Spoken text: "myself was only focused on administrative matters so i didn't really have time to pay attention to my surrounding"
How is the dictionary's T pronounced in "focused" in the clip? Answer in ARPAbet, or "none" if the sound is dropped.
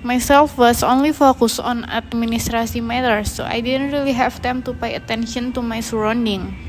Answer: none